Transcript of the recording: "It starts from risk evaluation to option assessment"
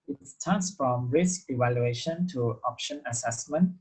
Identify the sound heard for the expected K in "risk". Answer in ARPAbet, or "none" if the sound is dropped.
K